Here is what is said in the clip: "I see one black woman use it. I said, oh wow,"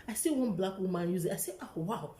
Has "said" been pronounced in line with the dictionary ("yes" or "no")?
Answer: no